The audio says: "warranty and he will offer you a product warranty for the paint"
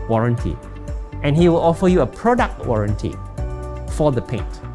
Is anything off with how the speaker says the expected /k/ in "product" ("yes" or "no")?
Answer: no